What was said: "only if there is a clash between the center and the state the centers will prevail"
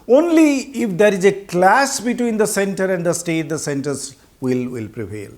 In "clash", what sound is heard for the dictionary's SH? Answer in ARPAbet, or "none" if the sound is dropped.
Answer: S